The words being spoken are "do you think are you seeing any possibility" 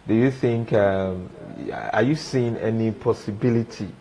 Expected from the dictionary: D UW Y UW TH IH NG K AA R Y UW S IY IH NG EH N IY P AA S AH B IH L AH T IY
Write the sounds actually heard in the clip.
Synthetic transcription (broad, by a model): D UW Y UW TH IH NG K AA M Y UW S IY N EH N IY P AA S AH B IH L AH T IY